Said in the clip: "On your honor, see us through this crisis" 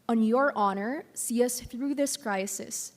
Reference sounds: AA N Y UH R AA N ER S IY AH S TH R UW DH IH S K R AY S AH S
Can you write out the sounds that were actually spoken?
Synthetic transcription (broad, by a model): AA N Y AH R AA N ER S IY AH S TH R UW DH IH S K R AY S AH S